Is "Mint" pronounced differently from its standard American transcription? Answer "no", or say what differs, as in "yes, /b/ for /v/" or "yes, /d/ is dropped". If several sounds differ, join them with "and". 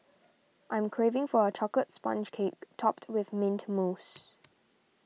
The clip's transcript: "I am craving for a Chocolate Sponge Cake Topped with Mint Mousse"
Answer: no